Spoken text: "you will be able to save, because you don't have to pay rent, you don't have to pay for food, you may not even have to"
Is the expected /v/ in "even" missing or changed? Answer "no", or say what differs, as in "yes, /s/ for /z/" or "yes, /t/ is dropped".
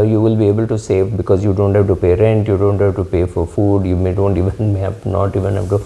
no